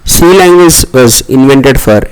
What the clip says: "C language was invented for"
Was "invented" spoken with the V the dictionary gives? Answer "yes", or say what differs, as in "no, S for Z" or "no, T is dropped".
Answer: yes